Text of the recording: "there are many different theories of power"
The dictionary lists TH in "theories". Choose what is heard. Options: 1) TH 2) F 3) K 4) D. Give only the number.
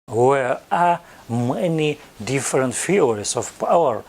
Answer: 2